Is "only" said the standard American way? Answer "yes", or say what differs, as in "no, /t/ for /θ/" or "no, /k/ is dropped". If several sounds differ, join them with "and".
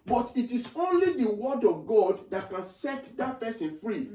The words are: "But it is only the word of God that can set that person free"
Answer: yes